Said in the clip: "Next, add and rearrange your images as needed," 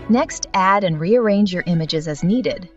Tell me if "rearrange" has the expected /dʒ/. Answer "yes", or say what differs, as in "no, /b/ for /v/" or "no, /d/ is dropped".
yes